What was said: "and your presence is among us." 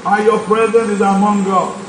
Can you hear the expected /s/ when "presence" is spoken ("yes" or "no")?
no